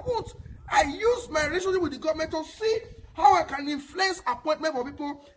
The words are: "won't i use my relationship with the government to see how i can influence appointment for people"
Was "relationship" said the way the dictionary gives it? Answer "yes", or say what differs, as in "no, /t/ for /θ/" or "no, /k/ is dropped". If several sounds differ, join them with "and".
no, /n/ is dropped